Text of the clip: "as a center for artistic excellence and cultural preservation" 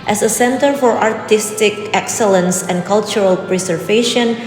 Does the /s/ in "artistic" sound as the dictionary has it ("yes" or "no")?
yes